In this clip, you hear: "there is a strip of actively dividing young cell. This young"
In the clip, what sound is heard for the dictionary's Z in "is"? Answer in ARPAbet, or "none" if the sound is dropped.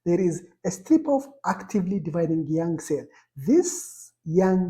Z